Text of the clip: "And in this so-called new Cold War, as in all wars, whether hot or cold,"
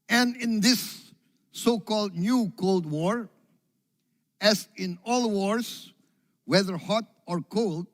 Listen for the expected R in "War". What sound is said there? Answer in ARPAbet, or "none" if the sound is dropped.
R